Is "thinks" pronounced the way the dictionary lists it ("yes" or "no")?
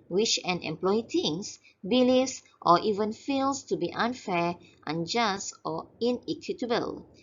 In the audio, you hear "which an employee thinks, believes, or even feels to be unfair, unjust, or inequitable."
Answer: no